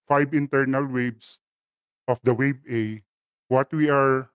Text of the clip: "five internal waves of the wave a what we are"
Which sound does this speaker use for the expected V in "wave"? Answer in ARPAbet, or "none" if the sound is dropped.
B